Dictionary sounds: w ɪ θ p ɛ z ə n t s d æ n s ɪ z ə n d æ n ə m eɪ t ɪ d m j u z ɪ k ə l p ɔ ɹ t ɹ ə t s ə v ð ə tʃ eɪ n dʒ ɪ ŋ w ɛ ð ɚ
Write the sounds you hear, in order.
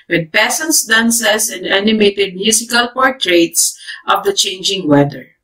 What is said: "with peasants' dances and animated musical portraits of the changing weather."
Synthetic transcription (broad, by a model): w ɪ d p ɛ s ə n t s d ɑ n s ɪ s ə n d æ n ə m eɪ t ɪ d m j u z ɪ k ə l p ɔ ɹ t ɹ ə t s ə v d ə tʃ eɪ n dʒ ɪ ŋ w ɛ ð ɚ